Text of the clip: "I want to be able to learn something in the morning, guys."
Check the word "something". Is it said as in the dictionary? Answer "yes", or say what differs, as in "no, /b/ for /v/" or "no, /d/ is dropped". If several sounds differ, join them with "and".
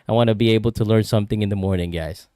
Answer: yes